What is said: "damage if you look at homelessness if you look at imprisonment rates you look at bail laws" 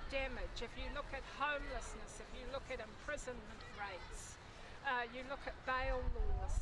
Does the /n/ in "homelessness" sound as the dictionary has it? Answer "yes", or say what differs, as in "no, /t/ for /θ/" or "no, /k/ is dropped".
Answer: yes